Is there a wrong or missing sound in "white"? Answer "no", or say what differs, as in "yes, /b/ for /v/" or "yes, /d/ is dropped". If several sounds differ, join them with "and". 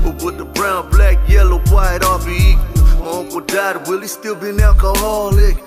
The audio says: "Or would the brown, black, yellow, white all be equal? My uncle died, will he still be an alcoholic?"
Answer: no